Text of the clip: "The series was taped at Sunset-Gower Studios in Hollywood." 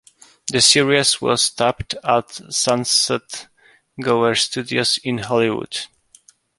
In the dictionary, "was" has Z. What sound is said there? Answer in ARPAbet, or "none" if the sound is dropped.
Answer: S